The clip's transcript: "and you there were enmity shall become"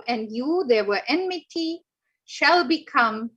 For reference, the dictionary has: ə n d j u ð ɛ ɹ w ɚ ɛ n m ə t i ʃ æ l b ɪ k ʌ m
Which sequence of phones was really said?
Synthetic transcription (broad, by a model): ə n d j u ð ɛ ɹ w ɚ ɛ n m ə t i ʃ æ l b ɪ k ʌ m